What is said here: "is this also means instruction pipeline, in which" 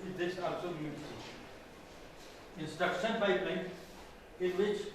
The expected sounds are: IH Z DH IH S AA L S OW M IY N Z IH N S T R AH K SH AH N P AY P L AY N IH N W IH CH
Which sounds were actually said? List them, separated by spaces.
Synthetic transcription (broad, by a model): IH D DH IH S AA L S OW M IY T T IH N S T AH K S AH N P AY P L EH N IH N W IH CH